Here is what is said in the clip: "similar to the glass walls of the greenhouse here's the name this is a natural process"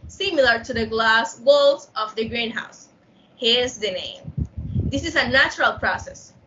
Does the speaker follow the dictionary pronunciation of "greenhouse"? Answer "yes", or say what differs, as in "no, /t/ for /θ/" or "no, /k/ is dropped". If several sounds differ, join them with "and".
yes